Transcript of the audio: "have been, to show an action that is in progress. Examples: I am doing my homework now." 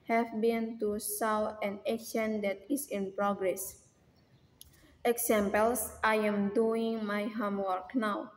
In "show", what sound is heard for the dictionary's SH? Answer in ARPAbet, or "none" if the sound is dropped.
S